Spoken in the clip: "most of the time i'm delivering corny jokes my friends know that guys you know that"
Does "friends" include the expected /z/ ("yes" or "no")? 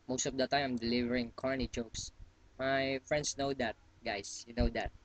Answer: no